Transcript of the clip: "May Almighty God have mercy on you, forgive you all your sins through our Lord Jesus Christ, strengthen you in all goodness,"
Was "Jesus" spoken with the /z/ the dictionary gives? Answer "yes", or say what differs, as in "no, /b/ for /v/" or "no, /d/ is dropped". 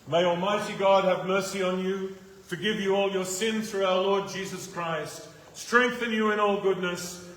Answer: yes